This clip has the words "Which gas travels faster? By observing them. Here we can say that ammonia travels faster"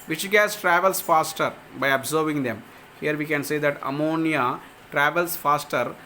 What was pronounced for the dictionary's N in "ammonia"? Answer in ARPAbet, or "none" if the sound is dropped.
N